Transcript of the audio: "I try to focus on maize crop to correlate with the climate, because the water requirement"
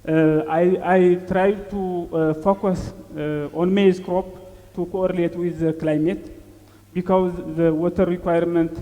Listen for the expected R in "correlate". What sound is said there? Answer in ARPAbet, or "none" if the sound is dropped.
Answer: R